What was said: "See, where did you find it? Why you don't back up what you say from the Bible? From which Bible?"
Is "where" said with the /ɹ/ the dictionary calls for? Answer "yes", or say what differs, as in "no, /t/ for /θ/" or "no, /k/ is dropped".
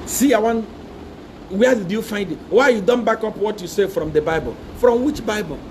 no, /w/ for /ɹ/